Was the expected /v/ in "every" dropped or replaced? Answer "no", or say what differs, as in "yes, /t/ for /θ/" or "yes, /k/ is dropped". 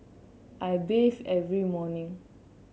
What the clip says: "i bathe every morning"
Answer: no